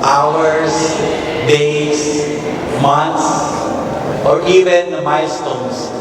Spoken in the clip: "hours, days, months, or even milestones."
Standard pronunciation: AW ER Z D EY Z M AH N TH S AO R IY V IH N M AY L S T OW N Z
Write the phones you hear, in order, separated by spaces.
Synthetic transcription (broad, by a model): AW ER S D EY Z M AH N T S AO R IY V IH N M AY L S T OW N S